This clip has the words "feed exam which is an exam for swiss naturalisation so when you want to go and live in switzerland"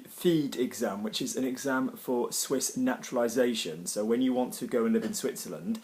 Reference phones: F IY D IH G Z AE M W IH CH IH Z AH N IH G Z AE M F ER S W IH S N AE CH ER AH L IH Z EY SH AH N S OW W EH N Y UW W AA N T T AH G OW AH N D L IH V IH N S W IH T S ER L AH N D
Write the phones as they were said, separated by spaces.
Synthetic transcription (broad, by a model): F IY D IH G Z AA M W IH CH IH Z AH N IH G Z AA M F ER S W IH S N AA CH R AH L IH Z EY SH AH N S OW W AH N Y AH W AA N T T AH G OW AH N L IH V IH N S W IH T S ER L AH N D